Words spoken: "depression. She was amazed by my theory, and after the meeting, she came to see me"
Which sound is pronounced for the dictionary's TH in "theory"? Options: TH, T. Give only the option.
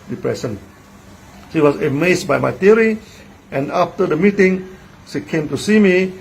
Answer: T